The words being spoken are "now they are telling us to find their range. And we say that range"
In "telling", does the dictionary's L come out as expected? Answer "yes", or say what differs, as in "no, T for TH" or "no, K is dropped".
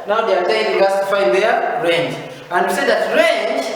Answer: no, N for L